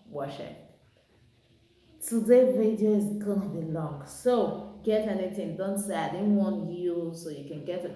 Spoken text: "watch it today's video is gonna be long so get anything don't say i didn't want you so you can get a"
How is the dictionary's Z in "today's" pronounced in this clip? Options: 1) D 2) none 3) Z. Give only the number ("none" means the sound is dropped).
2